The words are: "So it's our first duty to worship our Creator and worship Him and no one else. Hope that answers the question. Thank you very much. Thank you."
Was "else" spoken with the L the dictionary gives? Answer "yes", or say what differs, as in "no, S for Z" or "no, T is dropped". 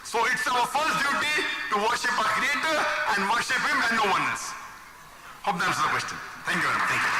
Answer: no, L is dropped